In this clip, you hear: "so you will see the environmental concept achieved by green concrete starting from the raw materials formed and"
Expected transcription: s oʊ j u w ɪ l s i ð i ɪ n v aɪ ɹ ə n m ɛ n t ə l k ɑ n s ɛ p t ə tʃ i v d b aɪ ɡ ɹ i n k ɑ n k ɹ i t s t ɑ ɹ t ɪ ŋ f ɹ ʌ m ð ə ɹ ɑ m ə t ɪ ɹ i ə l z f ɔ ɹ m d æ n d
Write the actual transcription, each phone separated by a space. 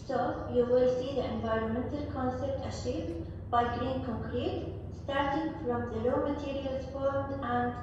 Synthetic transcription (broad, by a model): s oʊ j u w ɪ l s i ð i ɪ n v aɪ ɹ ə n m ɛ n t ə l k ɑ n s ɛ p t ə ʃ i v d b aɪ ɡ ɹ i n k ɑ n k ɹ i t s t ɑ ɹ t ɪ ŋ f ɹ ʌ m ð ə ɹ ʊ m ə t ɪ ɹ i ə l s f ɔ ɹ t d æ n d